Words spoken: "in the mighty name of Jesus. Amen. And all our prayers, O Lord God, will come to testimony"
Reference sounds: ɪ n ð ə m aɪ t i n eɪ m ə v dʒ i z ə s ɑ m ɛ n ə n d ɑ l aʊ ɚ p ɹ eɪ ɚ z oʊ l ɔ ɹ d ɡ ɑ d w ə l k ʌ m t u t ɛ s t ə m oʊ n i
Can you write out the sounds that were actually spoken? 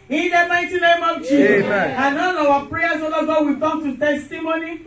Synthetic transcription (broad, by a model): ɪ n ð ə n aɪ t i n eɪ m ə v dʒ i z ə ɑ m ɛ n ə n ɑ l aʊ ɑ p ɹ eɪ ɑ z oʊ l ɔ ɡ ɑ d w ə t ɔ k t u t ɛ s t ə m oʊ n i